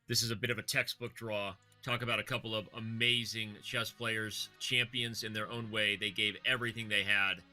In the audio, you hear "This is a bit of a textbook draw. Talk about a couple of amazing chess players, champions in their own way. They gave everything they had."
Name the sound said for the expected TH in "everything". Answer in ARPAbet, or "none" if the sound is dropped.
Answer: TH